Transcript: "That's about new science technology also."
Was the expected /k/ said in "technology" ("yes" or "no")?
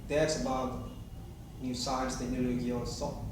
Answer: no